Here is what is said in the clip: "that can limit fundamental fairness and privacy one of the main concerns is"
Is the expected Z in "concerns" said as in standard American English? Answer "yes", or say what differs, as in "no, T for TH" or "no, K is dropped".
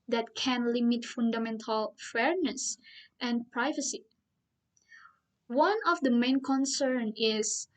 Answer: no, Z is dropped